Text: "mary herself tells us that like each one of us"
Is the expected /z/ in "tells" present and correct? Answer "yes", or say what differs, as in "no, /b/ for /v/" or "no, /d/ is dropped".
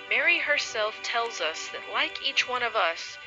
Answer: yes